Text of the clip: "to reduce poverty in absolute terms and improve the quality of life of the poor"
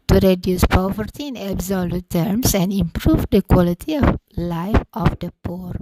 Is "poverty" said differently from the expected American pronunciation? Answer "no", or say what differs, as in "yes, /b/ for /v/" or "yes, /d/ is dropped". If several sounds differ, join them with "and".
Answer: no